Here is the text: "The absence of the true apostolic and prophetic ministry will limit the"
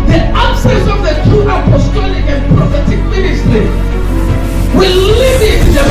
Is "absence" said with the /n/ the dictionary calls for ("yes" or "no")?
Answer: no